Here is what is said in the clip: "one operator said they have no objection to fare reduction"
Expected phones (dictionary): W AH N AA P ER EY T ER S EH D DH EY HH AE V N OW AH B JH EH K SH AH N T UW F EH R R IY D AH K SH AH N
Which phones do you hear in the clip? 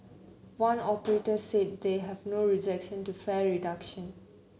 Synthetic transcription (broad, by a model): W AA N AA P ER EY T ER S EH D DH EY HH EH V N OW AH JH EH K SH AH N T UW F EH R R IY D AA K SH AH N